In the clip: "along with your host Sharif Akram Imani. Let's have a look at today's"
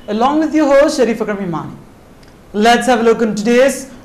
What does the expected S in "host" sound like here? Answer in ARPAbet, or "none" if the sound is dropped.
SH